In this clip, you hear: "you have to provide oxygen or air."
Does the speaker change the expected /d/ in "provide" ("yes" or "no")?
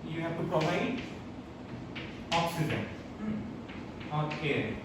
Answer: yes